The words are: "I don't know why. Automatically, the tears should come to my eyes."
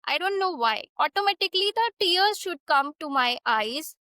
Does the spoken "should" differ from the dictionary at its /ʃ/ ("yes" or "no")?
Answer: no